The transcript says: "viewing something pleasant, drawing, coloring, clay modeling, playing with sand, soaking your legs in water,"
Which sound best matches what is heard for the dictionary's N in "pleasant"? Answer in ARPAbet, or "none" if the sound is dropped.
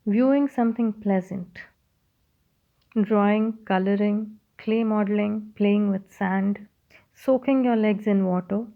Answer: N